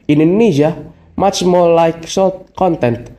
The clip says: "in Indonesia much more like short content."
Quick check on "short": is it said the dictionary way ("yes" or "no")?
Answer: no